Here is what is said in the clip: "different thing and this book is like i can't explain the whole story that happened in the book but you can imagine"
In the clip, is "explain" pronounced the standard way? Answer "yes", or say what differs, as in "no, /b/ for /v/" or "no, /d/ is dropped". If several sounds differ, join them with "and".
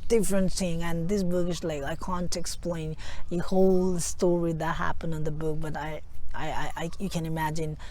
yes